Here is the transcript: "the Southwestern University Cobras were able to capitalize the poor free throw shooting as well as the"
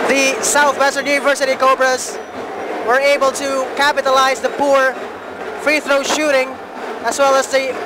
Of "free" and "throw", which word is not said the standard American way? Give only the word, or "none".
none